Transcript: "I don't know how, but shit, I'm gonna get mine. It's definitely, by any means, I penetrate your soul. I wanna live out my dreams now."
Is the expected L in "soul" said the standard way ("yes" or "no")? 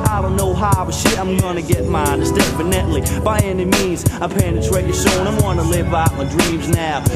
no